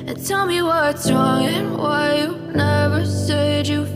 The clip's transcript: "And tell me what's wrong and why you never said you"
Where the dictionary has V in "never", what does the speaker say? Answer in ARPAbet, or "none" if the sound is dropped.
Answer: V